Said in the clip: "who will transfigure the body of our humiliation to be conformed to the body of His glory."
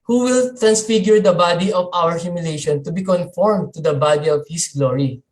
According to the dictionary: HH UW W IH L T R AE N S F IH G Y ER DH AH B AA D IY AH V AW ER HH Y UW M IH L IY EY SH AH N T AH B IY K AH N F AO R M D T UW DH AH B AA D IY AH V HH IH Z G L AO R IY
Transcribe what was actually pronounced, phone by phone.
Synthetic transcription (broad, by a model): HH UW W IH L T R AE N S F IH G Y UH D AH B AA D IY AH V AW ER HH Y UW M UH L EY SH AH N T AH B IY K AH N F AO R M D T UW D AH B AA D IY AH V HH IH S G L AO R IY